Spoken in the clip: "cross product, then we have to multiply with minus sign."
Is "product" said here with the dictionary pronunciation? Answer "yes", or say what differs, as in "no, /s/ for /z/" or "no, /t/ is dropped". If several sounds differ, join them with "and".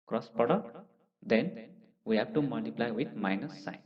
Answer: no, /ɹ/ is dropped